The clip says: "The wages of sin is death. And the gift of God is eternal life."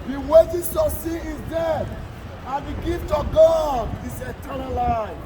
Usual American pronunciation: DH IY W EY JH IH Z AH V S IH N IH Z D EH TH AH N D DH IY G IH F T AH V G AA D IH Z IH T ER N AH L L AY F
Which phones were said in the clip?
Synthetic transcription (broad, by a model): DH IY W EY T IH S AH S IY IH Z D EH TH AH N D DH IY G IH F T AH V G AA D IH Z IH T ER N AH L L AY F